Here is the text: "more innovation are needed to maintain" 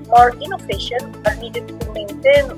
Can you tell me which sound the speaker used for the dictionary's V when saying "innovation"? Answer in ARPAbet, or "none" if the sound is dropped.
P